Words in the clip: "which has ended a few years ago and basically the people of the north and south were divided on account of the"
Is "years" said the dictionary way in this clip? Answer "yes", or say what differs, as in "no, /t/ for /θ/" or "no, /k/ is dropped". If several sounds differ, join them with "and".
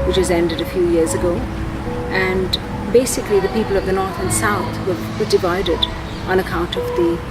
yes